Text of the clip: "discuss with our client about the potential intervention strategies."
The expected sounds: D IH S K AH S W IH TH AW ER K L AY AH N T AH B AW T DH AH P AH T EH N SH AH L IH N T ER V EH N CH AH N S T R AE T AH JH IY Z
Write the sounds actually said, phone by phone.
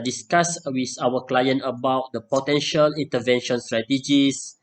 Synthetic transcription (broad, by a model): D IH S K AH S W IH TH AW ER K L AY AH N T AH B AW T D AH P AH T EH N SH AH L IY N T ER V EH N SH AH N S T R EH T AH JH IY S